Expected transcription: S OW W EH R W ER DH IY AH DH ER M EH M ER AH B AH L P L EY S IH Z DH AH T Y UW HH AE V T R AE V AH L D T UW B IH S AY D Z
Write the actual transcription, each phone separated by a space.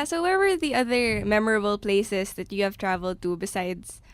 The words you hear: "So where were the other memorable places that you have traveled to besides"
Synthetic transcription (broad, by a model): S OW W EH R W ER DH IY AH DH ER M EH M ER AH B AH L P L EY S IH S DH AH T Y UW HH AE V T R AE V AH L D T UW B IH S AY D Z